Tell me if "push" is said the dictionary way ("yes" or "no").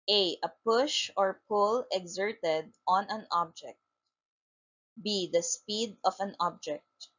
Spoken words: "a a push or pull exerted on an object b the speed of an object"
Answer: yes